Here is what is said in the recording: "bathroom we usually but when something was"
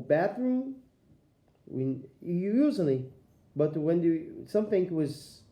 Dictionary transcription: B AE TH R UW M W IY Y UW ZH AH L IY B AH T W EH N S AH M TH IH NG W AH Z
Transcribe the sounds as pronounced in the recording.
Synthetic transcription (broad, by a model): B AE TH R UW M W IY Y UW Z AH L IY B AH T W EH N S AH M TH IH NG W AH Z